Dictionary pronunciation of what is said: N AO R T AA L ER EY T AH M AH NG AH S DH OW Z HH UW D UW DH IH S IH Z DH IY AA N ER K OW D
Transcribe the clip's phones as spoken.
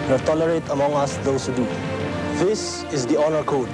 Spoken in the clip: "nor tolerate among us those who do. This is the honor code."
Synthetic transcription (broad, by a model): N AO T AA L ER EY T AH M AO NG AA S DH OW S HH UW D UW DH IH S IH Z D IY AA N ER K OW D